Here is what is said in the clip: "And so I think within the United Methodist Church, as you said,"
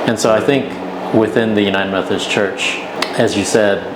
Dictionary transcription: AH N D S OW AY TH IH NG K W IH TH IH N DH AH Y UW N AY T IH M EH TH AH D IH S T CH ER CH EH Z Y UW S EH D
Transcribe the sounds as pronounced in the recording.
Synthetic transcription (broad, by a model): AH N S OW AY TH IH NG K W IH TH IH N DH AH Y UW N AY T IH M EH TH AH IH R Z CH ER CH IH Z Y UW S EH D